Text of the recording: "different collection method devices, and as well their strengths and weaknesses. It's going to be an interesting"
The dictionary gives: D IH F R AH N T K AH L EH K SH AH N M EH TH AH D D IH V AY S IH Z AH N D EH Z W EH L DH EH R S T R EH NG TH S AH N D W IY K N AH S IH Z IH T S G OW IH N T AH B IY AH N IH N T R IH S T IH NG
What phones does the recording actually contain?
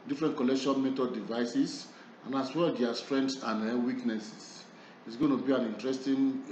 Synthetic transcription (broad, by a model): D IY F R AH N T K AH L EH K SH AH N M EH T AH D D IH V AY S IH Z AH N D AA S W EH L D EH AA S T R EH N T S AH N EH W IY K N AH S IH S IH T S G OW IH N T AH B IY AH N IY N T R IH S T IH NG